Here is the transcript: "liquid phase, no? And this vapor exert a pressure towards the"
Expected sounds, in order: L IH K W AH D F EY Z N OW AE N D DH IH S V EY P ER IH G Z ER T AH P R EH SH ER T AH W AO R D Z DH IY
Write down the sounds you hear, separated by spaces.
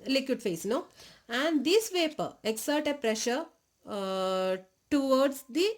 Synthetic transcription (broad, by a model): L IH K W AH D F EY S N OW AE N D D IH S V EY P ER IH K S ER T AH P R EH SH ER T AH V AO R D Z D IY